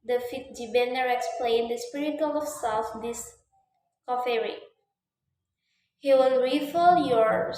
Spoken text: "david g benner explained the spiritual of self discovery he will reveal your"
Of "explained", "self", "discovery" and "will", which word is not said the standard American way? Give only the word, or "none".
discovery